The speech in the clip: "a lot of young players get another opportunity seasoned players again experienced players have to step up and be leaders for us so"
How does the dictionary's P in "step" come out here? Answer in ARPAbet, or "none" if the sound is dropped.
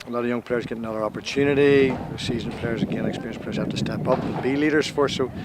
P